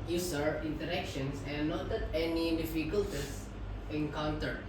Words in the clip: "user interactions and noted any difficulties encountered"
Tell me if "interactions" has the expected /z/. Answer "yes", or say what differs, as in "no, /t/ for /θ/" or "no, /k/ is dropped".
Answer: no, /s/ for /z/